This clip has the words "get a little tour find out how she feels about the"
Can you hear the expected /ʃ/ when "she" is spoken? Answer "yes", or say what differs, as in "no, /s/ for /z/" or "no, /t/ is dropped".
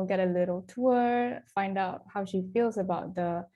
yes